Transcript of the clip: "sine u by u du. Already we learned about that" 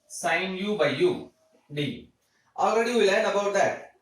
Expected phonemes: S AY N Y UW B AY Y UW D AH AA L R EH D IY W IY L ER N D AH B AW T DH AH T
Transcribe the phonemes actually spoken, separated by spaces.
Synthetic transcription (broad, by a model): S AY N Y UW B AY Y UW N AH AA L R EH D IY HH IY L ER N AH B AW T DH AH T